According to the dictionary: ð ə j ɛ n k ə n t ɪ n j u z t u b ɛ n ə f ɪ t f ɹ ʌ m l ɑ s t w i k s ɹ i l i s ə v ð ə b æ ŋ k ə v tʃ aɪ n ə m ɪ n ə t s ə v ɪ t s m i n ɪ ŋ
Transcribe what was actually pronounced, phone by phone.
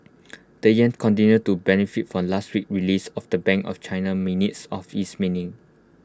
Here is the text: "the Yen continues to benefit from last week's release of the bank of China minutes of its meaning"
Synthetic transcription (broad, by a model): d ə j ɛ n k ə n t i n j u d t u b ɛ n ə f ɪ t f ɹ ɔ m l ɑ s t w i k ɹ i l i s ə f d ə b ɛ ŋ k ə f tʃ aɪ n ə m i n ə t s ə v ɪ s m i n ɪ ŋ